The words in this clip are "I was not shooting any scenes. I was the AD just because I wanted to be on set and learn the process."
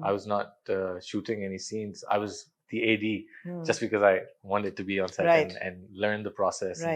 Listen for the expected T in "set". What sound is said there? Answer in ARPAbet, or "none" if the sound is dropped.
none